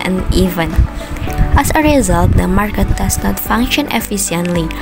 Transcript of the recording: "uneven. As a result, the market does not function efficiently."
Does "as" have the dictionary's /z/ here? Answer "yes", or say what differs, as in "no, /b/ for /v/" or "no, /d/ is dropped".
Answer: no, /s/ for /z/